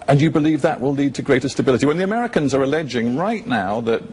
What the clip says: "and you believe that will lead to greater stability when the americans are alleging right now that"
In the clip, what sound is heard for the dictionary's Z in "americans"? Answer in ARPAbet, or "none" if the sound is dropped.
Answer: Z